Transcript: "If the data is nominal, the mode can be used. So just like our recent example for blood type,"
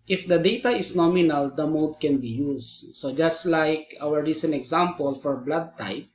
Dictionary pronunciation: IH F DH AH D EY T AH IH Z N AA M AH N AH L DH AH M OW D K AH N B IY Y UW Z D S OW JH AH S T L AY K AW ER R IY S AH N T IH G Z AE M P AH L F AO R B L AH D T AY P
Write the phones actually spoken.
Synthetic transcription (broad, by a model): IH F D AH D EY T AH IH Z N AA M AH N AH L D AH M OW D K AH N B IY Y UW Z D S OW JH AH S T L AY K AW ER R IY S AH N T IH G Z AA M P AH L F AO R B L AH D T AY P